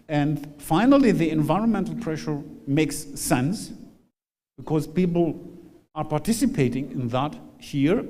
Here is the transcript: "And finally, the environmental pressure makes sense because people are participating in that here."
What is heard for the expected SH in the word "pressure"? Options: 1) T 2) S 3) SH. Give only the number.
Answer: 3